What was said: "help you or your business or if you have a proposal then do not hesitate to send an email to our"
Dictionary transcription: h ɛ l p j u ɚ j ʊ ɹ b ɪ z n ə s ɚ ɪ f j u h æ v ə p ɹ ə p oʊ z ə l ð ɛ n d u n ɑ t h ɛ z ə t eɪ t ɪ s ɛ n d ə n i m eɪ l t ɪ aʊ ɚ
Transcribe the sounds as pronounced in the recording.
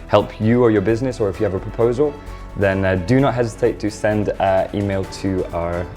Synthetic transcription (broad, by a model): h ɛ l p j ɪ ɚ j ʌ ɹ b ɪ z n ə s ɚ ɪ f j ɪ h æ v ə p ɹ ə p oʊ z ə l ð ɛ n d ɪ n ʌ t h ɛ z ə t eɪ t ɪ s ɛ n d i m eɪ l t ɪ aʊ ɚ